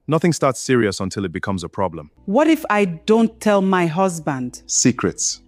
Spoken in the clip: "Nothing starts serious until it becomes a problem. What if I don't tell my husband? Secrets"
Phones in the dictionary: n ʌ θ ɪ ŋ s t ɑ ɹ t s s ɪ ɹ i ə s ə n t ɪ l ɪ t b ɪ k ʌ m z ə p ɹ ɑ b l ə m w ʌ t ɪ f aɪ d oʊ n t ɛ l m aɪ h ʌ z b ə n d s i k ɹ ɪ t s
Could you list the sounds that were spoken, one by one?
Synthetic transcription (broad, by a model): n ʌ θ ɪ ŋ s t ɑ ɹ t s s ɪ ɹ i ə s ə n t ɪ l ɪ t b ɪ k ʌ m z ə p ɹ ɑ b l ə m w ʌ t ɪ f aɪ d oʊ n t ɛ l m aɪ h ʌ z b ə n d s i k ɹ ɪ t s